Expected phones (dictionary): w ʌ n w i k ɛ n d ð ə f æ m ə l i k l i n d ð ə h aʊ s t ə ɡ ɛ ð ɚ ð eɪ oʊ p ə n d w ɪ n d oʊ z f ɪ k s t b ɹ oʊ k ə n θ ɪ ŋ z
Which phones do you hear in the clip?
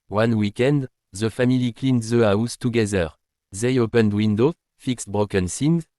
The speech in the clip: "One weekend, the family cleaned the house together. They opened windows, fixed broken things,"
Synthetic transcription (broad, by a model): w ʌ n w i k ɛ n d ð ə f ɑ m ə l i k l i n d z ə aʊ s t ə ɡ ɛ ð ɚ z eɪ oʊ p ə n d w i n d oʊ f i k s t b ɹ oʊ k ə n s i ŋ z